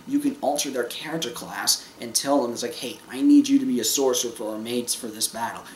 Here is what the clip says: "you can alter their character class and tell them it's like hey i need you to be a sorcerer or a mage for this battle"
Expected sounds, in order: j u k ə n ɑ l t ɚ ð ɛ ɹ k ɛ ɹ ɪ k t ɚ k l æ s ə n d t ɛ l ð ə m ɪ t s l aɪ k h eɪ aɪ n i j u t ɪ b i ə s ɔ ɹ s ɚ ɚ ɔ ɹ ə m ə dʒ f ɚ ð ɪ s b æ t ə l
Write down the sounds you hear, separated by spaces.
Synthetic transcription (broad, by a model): j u k ə n ɑ l t ɚ ð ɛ ɹ k ɛ ɹ ɪ k t ɚ k l æ s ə n t ɛ l ð ə m ɪ t s l aɪ k h eɪ aɪ n i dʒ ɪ t ɪ b i ə s ɔ ɹ s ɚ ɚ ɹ m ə z f ɚ ð ɪ s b æ t l